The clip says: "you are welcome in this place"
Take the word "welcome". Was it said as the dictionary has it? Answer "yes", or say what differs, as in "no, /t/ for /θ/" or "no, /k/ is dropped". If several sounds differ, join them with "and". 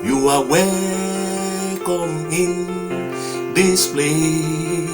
no, /l/ is dropped